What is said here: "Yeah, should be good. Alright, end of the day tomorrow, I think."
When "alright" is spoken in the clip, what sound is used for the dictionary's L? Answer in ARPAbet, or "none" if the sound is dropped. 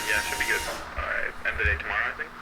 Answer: none